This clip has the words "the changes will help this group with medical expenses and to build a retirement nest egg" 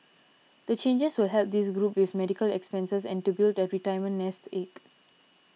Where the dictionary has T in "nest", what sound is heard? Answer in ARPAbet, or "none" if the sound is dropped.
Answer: T